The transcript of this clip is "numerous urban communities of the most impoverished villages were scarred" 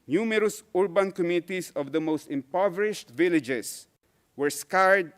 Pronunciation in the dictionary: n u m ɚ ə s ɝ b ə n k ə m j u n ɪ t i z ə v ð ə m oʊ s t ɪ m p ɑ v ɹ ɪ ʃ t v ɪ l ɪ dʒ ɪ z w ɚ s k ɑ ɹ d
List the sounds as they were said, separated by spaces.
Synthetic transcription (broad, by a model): n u m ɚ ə s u b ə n k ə m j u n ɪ t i s ə v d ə m oʊ s t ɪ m p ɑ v ɹ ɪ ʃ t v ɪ l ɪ dʒ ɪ s w ɚ s k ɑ ɹ d